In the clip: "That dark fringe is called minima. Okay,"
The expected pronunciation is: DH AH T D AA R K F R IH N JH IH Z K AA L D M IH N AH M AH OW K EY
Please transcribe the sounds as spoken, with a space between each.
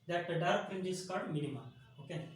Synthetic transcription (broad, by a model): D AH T D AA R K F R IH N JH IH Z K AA D M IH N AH M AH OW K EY